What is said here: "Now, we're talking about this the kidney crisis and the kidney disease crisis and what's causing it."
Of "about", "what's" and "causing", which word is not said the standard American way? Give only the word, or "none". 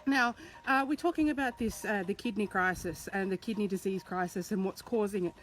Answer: none